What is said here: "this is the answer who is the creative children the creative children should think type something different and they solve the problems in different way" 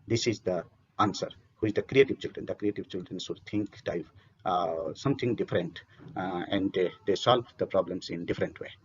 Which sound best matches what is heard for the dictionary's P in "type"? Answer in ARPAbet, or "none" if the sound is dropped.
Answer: F